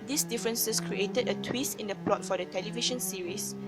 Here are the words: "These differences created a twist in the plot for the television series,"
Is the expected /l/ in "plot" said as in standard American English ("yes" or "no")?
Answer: yes